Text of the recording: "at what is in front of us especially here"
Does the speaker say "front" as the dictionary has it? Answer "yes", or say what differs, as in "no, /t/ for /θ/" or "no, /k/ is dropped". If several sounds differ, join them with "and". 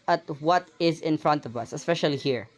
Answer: yes